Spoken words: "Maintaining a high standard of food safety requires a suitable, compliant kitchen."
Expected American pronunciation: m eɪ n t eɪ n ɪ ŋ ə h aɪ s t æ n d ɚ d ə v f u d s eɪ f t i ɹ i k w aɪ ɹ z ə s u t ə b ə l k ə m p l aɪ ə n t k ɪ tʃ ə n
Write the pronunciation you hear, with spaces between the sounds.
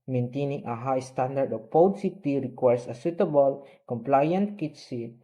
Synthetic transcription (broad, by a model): m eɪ n t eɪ n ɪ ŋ ə h aɪ s t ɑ n d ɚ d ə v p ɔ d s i t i ɹ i k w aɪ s ə s u t ə b ə l k ə m p l aɪ ə n t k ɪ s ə